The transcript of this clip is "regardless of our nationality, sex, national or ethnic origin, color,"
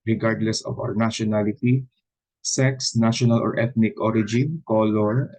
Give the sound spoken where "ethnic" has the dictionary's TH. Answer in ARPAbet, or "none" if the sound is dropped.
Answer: T